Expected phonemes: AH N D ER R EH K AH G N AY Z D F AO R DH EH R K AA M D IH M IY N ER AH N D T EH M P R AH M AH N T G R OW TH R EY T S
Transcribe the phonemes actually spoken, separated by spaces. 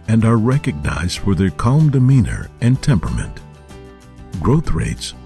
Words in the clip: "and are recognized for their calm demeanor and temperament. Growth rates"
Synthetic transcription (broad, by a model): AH N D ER R EH K AH G N AY Z D F AO R DH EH R K AA M D IH M IY N ER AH N T EH M P R AH M AH N T G R OW TH R EY T S